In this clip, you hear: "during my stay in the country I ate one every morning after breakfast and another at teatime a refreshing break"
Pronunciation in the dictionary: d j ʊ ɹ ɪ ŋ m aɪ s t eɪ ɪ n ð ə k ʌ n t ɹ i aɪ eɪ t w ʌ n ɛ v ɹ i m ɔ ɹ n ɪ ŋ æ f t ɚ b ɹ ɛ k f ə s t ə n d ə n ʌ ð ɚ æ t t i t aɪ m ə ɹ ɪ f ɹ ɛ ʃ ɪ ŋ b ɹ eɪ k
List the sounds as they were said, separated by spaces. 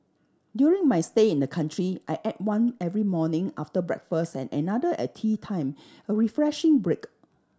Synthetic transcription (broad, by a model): d j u ɹ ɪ ŋ m aɪ s t eɪ ɪ n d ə k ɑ n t ɹ i aɪ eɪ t w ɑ n ɛ v ɹ i m ɔ n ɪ ŋ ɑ f t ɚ b ɹ ɛ k f ə s t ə n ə n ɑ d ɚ t t i t aɪ m ə ɹ ɪ f ɹ ɛ ʃ ɪ ŋ b ɹ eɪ k